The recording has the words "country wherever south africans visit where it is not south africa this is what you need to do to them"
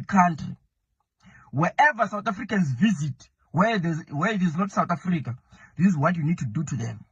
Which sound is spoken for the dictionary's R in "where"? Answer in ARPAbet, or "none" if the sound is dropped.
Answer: W